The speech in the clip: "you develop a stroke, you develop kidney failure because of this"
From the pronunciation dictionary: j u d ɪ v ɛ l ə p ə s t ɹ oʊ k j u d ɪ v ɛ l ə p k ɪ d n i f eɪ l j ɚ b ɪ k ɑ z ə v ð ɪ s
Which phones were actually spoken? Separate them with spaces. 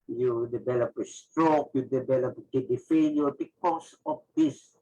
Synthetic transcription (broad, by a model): j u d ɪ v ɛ l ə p ə s t ɹ oʊ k j u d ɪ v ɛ l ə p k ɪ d i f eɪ n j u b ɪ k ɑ s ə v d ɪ s